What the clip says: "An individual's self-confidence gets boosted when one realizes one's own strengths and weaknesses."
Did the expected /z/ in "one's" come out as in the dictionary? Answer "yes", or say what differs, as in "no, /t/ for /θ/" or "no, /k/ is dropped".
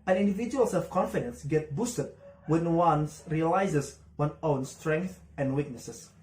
no, /z/ is dropped